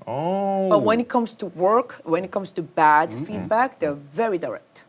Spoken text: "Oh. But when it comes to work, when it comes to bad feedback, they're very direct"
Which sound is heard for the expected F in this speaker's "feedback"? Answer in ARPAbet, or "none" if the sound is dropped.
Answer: F